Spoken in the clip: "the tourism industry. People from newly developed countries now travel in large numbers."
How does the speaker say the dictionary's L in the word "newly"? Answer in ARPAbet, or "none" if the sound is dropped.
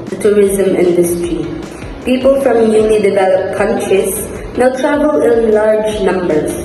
N